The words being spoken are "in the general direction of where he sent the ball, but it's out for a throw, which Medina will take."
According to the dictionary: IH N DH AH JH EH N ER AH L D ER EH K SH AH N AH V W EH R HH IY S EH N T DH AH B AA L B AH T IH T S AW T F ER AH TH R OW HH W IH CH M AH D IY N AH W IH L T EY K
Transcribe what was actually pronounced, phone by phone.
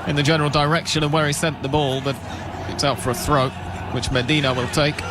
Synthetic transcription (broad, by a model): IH N DH AH JH EH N ER L D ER EH K SH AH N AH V W EH R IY S EH N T DH AH B AA L B AH T IH T S AW T F ER AH TH R OW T W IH CH M AH D IY N AH W IH L T EY K